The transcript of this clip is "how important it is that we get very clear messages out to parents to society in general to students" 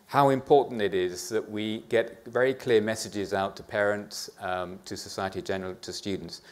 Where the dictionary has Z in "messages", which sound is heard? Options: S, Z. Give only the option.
Z